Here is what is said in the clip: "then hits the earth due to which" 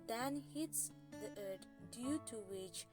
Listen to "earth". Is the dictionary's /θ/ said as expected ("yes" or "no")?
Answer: no